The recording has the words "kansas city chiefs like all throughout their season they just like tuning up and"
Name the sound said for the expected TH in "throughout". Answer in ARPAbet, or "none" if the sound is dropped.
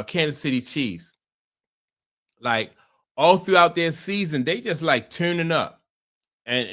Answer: TH